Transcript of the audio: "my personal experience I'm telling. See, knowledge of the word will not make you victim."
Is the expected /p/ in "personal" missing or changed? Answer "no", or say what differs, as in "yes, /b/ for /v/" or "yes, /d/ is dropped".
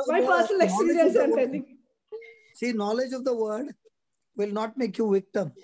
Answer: yes, /f/ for /p/